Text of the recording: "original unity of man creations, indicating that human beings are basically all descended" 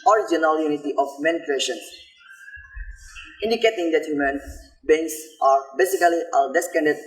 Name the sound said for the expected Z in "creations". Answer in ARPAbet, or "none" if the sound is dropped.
none